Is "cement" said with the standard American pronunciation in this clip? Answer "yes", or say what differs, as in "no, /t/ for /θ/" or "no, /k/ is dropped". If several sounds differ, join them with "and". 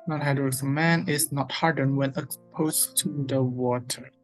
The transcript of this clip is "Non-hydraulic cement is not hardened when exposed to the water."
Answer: no, /t/ is dropped